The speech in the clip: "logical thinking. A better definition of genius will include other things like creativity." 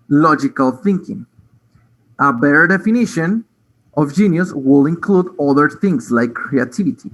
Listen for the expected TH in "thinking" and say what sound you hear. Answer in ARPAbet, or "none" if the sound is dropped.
TH